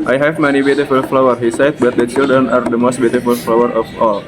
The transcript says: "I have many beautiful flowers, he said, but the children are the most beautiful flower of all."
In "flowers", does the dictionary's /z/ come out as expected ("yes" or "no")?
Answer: no